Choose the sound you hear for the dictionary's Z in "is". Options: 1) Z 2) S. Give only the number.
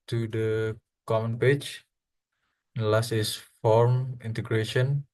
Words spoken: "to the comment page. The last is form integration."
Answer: 2